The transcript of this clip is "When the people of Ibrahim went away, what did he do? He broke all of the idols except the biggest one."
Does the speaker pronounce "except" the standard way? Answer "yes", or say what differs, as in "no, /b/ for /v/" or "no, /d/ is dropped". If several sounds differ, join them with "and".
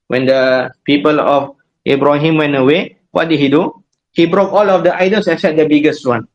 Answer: no, /k/ is dropped and /p/ is dropped